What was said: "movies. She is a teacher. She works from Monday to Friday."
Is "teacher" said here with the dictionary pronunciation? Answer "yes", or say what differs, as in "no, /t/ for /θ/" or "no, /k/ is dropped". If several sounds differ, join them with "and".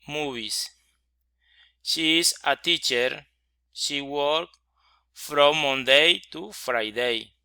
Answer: yes